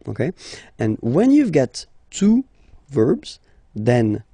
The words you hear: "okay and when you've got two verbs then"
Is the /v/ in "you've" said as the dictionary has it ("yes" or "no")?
yes